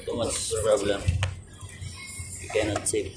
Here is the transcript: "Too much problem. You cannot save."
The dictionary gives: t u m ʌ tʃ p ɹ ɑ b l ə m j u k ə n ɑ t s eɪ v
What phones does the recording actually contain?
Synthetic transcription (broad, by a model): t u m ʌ s p ɹ ɑ b l ə m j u k ə n ɑ t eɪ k